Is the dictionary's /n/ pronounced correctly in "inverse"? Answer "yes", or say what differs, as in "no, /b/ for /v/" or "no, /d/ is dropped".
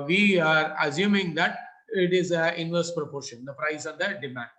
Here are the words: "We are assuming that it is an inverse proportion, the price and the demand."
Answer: yes